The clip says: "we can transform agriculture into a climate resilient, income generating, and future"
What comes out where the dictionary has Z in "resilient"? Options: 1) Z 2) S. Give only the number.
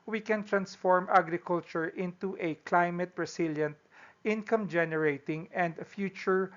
2